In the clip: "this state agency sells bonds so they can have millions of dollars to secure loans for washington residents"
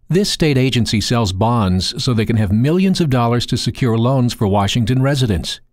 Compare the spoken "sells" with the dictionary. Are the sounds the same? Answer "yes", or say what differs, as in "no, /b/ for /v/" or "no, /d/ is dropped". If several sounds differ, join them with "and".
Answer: yes